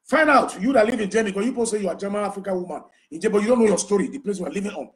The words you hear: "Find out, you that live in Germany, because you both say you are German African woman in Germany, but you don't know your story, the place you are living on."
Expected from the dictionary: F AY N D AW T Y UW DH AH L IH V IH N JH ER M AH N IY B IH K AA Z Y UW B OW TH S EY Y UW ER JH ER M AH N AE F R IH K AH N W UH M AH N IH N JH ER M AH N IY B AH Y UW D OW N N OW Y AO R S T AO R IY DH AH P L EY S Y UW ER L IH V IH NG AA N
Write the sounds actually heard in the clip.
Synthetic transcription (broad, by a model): F AY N D AW T Y UW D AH L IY V IH N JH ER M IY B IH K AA Y UW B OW S EY Y UW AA JH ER M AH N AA F R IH K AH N W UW M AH N IH N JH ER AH B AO Y UW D OW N N OW Y AO S T AO R IY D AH P L EY S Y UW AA L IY V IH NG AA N